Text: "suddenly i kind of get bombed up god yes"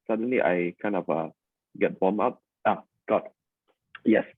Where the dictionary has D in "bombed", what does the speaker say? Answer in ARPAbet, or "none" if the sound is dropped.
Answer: none